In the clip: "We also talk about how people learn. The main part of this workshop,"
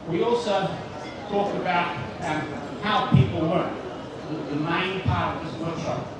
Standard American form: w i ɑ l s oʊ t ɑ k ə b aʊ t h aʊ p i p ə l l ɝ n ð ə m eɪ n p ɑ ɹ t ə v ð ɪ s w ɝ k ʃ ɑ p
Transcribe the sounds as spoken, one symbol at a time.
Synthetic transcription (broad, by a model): w i ɑ l s oʊ t ɑ k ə b aʊ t h aʊ p i p l w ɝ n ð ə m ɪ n p ɑ ɹ t ə v ð ɪ s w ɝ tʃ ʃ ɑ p